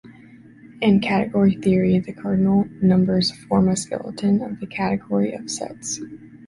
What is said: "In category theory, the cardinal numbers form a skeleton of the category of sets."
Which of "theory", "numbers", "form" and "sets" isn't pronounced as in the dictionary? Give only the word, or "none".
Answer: none